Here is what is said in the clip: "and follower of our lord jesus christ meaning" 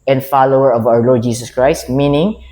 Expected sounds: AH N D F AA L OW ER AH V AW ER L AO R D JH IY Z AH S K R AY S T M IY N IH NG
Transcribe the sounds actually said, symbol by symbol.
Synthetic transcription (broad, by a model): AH N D F AA L OW ER AH V AW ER L AO R D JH IY S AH S K R AY S T M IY N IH NG